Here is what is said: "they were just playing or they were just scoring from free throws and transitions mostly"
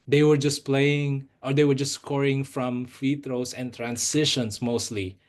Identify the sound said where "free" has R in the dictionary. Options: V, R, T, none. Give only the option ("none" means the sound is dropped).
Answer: none